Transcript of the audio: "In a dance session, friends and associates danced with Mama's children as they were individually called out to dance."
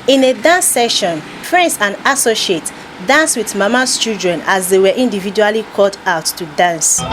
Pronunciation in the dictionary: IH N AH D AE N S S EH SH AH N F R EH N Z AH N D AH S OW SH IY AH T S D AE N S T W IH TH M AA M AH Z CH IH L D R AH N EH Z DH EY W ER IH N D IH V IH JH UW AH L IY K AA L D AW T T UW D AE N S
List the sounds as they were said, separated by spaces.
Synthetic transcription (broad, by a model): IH N AH D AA N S S EH SH AH N P R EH N S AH N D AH S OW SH IY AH T D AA N S W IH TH M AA M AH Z CH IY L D R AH N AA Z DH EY W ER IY N D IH V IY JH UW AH L IY K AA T AW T T UW D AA N S